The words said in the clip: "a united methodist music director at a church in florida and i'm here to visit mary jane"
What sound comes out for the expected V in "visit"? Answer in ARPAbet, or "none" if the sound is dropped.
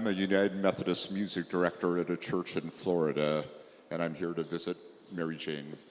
V